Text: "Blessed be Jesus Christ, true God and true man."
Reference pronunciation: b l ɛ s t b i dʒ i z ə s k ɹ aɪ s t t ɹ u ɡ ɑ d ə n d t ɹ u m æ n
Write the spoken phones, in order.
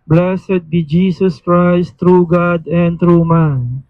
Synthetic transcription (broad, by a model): b l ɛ s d b i dʒ i s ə s k ɹ aɪ s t t ɹ u ɡ ɑ d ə n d t ɹ u m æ n